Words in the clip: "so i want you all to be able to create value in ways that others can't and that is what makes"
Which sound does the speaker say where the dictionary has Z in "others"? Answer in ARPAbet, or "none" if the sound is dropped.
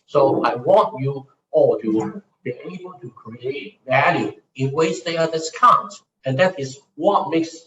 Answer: S